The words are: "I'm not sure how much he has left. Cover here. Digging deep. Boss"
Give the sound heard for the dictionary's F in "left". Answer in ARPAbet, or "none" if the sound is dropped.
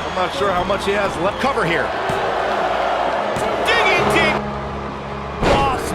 none